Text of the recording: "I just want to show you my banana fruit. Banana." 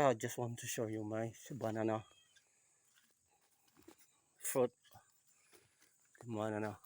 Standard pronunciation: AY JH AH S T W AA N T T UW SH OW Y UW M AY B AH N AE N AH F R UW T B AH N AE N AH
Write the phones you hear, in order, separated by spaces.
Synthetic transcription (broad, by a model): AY JH AH S T W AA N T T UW SH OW Y UW M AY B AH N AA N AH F UW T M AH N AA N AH